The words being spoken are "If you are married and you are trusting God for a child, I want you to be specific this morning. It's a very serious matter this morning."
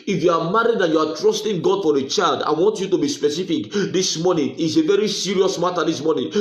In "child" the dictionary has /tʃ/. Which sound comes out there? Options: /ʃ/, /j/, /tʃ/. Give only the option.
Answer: /tʃ/